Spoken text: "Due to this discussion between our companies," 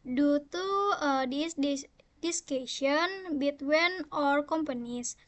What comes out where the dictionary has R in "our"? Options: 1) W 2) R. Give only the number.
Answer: 2